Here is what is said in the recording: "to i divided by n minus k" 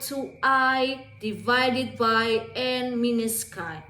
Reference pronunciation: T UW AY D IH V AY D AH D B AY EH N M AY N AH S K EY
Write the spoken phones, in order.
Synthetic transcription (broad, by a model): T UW AY D IH V AY D AH D B AY EH N M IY N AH S K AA